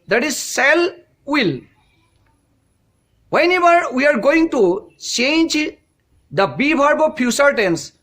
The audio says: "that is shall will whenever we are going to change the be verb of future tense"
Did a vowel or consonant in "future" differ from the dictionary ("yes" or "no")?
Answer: yes